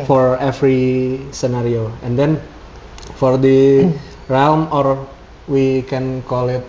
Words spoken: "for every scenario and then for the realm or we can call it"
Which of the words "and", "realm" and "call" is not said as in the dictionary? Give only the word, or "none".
none